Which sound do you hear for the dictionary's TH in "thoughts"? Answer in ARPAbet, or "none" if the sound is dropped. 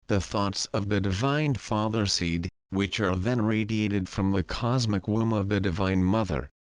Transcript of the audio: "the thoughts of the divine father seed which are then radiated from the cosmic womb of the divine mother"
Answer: TH